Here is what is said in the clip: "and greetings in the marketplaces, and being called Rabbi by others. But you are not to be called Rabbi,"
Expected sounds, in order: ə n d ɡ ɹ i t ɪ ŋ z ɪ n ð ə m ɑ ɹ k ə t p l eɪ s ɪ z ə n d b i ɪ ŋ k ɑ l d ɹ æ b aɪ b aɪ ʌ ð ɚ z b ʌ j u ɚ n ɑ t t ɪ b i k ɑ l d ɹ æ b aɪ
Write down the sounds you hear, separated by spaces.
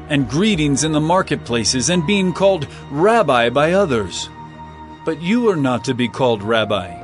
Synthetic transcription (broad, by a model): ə n ɡ ɹ i t ɪ ŋ z ɪ n ð ə m ɑ ɹ k ə t p l eɪ s ɪ z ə n b i ɪ ŋ k ɑ l d ɹ æ b aɪ b aɪ ʌ ð ɚ z b ʌ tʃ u ɚ n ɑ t t ɪ b i k ɑ l d ɹ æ b aɪ